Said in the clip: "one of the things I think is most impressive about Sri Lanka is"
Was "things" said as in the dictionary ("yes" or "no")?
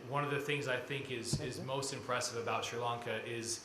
yes